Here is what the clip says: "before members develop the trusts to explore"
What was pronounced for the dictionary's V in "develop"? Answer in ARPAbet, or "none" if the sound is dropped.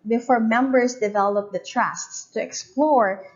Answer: V